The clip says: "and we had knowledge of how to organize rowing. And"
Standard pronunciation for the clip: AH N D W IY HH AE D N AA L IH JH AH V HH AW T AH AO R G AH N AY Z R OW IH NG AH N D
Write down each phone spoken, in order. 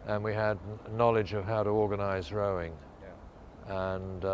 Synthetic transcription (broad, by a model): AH N W IY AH D N AA L IH JH AH V HH AW T AH AO R G AH N AY Z R OW IH NG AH N